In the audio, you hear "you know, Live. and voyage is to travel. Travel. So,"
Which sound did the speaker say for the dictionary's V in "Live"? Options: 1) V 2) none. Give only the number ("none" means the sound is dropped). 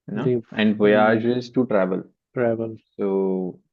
2